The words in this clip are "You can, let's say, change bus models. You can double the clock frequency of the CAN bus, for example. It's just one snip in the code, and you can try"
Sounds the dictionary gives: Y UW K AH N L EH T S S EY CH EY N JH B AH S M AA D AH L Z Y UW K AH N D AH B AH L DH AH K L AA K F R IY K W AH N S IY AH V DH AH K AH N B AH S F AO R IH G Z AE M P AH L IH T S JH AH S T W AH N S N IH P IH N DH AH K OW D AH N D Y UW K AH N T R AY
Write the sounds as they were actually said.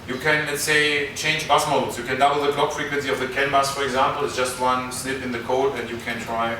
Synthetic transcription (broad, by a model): Y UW K AH N L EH T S S EY CH EY N JH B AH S M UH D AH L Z Y UW K AH N D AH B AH L DH AH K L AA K F R IY K W AH N S IY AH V DH AH K AH N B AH S F AO R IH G Z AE M P L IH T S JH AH S T W AH N S N IH P IH N DH AH K OW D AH N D Y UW K AH N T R AY